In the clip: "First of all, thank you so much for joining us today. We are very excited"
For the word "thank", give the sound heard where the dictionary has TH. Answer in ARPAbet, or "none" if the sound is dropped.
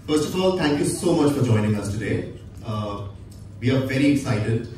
T